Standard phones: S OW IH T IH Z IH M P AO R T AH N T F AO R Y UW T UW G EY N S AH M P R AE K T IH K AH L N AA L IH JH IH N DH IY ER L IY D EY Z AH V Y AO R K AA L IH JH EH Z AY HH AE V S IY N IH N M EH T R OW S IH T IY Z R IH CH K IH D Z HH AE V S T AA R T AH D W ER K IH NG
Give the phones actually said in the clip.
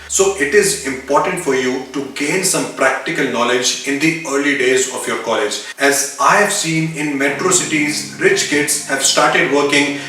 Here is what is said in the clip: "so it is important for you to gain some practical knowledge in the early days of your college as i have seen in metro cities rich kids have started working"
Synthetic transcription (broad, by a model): S OW IH T IH Z IH M P AO R T AH N T F AO R Y UW T UW G EY N S AH M P R AE K T IH K AH L N AA L IH JH IH N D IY ER L IY D EY Z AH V Y AO R K AA L IH JH EH Z AY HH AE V S IY N IH N M EH T R OW S IH T IY Z R IH CH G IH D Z HH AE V S T AA R T AH D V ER K IH NG